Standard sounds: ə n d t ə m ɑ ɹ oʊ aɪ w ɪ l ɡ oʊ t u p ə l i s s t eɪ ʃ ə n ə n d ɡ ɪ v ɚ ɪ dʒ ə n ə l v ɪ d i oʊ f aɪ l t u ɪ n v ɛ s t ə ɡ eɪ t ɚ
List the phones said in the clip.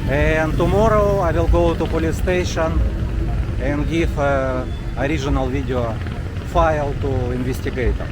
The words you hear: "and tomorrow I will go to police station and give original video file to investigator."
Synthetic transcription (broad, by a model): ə n t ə m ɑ ɹ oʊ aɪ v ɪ l ɡ oʊ t u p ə l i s s t eɪ ʃ ə n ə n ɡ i f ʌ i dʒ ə n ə l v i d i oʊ f aɪ l t u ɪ n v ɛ s t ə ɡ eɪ t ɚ